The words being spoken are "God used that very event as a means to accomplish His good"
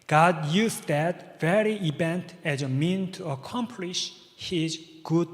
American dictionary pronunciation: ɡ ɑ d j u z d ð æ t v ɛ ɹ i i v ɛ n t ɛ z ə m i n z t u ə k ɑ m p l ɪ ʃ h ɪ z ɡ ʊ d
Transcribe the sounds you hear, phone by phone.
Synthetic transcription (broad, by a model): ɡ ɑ d j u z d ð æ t v ɛ ɹ i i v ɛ n t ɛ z ə m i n t u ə k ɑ m p l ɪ ʃ h ɪ z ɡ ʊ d